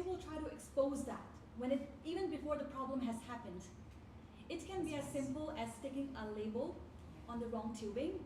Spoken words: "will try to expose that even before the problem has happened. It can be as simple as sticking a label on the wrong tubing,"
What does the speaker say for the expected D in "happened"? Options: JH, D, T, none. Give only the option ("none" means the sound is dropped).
D